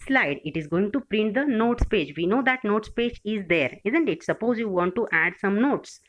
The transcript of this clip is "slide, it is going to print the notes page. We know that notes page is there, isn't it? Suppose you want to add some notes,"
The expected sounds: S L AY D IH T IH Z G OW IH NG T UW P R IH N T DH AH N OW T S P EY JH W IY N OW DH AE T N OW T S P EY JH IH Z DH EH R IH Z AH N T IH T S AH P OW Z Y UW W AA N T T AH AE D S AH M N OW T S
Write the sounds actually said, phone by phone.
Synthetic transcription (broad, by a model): S L AY D IH T IH Z G OW IH NG T UW P R IH N T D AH N OW T S P EY JH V IY N OW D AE T N OW T S P EY JH IH Z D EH R IH Z AH N T IH T S AH P OW Z Y UW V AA N T T AE D S AH M N OW T S